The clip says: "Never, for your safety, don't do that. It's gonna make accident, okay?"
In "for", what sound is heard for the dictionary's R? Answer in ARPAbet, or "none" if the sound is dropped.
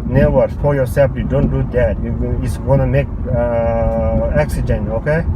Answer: L